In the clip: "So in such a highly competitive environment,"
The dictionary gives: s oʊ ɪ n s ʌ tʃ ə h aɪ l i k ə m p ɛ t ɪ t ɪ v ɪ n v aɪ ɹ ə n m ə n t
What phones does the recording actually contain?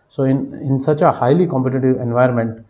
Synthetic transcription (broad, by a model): s oʊ ɪ n s ʌ tʃ ə h aɪ l i k ə m p ɛ t ɪ t ɪ v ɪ n v aɪ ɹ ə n m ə n t